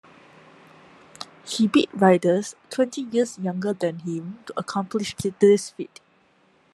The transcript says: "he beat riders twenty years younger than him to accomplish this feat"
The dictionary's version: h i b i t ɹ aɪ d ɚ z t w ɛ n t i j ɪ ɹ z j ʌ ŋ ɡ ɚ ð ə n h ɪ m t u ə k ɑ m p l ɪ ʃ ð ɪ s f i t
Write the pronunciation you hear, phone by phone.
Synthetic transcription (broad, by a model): h i b i t ɹ aɪ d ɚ s t w ɛ n t i j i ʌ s j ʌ ŋ ɡ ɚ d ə n h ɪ m t u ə k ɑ m p l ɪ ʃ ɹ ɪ s f i t